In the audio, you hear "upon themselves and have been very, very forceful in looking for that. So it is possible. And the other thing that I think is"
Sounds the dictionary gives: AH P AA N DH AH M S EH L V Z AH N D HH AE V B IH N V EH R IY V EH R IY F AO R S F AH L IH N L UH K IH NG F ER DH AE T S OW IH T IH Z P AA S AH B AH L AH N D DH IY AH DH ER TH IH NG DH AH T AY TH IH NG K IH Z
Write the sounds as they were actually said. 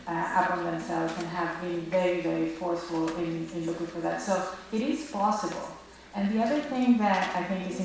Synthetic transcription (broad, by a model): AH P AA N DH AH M S EH L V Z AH N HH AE V B IH N V EH R IY V EH R IY F AO R S F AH N IH N L UH K IH NG F ER DH AE T S OW IH T IH Z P AA S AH B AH L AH N DH IY AH DH ER TH IH NG DH AH T AY TH IH NG K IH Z